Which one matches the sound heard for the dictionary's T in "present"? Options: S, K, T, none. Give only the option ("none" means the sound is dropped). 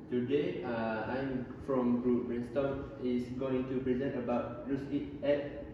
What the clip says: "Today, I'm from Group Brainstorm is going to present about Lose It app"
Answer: none